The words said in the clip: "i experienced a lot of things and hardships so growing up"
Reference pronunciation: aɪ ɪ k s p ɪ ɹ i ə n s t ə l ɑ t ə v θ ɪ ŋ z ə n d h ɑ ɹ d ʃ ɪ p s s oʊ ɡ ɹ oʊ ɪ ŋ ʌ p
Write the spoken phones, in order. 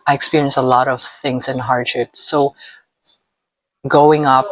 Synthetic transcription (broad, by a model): aɪ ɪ k s p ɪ ɹ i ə n s ə l ɑ t ə v θ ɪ ŋ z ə n h ɑ ɹ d ʃ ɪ p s s oʊ ɡ oʊ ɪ ŋ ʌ p